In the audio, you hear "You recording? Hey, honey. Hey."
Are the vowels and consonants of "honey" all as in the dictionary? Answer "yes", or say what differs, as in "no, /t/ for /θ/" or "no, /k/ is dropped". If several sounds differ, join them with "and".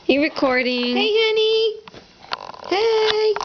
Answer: yes